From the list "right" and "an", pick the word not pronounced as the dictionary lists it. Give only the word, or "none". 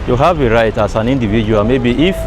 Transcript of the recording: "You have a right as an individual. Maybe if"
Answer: none